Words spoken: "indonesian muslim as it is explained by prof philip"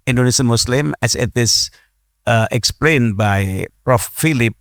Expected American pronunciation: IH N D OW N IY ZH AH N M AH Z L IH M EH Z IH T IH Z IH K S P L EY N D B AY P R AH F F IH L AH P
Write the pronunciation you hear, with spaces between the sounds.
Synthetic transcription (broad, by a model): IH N D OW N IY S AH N M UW S L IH M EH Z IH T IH S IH K S P L EY N B AY P R AH F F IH L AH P